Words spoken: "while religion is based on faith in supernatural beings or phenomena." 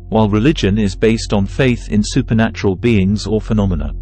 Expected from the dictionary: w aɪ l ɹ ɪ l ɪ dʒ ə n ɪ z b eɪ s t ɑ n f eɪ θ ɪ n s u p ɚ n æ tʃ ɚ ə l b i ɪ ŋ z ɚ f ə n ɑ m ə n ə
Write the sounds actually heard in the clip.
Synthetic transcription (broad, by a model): w aɪ l ɹ ɪ l ɪ dʒ ə n ɪ z b eɪ s t n f eɪ θ ɪ n s u p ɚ n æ tʃ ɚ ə l b i ɪ ŋ z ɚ f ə n ɑ m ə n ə